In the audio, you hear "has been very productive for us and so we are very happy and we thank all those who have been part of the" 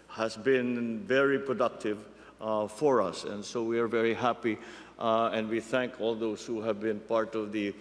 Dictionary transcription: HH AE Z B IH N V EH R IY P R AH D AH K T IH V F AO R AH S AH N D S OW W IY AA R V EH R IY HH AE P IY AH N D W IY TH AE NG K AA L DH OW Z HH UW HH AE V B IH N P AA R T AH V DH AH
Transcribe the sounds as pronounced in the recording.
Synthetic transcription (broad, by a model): HH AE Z B IH N V EH R IY P R AH D AH K T IH V F AO R AH S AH N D S OW W IY AA R V EH R IY HH AE P IY AH N D W IY TH AE NG K AA L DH OW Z HH UW HH AE V B IH N P AA R T AH V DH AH